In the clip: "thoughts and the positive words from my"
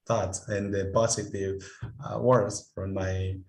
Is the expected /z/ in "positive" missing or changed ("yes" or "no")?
yes